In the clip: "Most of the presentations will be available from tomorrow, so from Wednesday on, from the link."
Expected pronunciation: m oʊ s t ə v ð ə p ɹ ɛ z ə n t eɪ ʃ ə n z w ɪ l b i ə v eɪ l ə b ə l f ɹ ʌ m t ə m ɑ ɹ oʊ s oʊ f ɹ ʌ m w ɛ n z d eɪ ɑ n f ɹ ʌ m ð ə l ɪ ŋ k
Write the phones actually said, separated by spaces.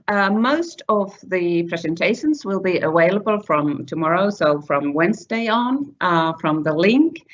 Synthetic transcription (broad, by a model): m oʊ s t ə v ð ə p ɹ ɛ z ə n t eɪ ʃ ə n z w ɪ l b i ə w eɪ l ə b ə l f ɹ ʌ m t ə m ɑ ɹ oʊ s oʊ f ɹ ʌ m w ɛ n z d eɪ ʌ n f ɹ ʌ m ð ə l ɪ ŋ k